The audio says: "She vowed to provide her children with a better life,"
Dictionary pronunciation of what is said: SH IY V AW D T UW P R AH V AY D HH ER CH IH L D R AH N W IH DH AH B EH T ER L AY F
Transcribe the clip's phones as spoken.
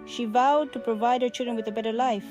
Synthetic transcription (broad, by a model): SH IY V AW D T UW P R AH V AY D HH ER CH IH L D R AH N W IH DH AH B EH T ER L AY F